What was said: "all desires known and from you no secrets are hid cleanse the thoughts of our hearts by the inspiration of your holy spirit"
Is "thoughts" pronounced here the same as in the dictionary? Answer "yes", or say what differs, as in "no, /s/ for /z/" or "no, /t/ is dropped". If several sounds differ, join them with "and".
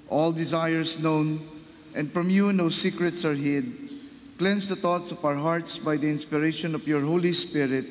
no, /t/ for /θ/